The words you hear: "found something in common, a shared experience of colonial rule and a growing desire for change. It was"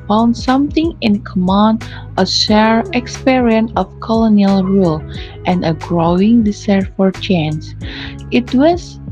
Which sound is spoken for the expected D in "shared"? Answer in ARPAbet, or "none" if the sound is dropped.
none